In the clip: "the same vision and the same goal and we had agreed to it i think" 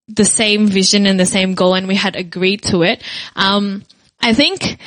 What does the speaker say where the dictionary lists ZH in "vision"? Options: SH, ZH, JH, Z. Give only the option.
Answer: ZH